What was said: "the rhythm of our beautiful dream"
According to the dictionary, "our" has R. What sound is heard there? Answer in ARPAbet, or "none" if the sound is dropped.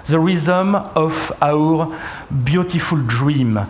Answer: R